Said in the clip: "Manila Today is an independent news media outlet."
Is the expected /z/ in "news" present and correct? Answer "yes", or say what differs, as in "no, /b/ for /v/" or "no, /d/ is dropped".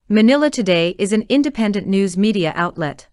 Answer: yes